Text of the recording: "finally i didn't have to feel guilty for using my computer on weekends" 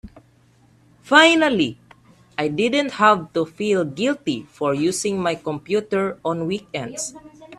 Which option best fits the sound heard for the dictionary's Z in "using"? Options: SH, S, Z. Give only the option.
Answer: S